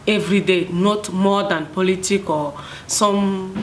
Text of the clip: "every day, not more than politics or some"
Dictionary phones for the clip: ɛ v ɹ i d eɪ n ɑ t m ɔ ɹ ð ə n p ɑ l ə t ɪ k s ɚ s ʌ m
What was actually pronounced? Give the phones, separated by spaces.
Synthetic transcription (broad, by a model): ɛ v ɹ i d eɪ n ɑ t m ɔ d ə n p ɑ l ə t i k ɔ s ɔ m